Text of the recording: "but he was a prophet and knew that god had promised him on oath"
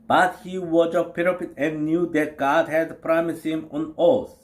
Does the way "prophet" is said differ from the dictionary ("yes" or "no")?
yes